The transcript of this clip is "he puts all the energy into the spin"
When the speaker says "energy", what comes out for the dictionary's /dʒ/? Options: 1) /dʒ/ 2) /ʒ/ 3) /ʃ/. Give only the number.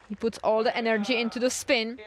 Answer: 1